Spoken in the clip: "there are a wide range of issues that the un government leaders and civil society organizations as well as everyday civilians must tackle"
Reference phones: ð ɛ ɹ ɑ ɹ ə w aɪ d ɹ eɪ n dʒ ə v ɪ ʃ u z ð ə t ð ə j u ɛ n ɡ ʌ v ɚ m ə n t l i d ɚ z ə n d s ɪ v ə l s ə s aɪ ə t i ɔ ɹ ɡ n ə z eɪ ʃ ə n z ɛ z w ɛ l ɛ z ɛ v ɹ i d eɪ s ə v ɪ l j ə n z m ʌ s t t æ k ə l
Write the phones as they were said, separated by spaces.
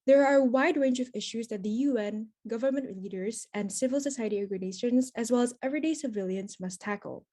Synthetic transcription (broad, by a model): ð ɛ ɹ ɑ ɹ ə w aɪ d ɹ eɪ n dʒ ə v ɪ ʃ u z ð ə t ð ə j u ɛ n ɡ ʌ v ɚ m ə n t l i d ɚ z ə n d s ɪ v ə l s ə s aɪ ə t i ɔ ɡ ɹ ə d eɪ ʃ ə n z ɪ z w ɛ l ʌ z ɛ v ɹ i d eɪ s ə v ɪ l j ə n z m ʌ s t t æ k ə l